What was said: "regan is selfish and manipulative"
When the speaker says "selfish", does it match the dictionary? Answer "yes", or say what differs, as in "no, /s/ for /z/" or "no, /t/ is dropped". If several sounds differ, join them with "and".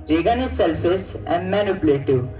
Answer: no, /s/ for /ʃ/